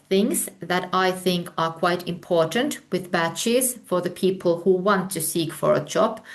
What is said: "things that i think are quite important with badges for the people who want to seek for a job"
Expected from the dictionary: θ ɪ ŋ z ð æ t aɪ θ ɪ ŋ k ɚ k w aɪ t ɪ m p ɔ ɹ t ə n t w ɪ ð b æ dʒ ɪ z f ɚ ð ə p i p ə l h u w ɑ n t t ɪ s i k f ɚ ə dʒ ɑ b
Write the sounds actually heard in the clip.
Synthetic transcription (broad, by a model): θ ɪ ŋ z ð æ t aɪ θ ɪ ŋ k ɚ k w aɪ t ɪ m p ɔ ɹ t ə n t w ɪ ð b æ tʃ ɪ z f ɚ ð ə p i p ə l h u w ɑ n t t ɪ s i k f ɚ ə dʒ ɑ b